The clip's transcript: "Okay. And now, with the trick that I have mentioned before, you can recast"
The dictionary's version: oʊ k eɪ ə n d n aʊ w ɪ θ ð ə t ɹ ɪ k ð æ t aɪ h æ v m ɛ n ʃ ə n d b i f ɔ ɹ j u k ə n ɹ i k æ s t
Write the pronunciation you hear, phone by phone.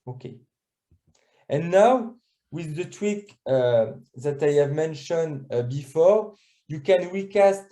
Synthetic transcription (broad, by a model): oʊ k eɪ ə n n aʊ w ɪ ð ə t w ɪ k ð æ t aɪ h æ v m ɛ n ʃ ə n d b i f ɔ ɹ j u k ə n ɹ i k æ s t